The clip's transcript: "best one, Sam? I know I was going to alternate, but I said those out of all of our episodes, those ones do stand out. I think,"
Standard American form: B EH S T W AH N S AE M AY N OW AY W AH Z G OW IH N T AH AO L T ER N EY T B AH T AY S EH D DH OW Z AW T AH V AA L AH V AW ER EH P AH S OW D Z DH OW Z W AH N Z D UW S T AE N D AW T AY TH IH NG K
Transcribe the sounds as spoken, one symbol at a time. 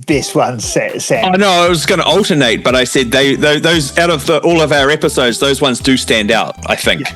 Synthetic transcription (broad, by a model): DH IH S W AH N S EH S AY N OW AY W AH Z G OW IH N T AH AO L T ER N EY T B AH T AY S EH D DH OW Z AW T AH V AA L AH V AW ER EH P AH S OW D Z DH OW Z W AH N Z D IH S T AE N D AW T AY TH IH NG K